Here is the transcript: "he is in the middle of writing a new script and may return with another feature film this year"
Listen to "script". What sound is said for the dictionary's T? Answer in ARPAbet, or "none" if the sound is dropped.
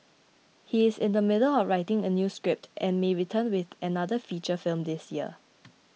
T